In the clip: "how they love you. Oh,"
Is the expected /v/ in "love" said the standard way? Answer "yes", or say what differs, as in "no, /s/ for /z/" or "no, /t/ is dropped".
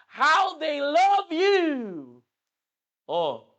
yes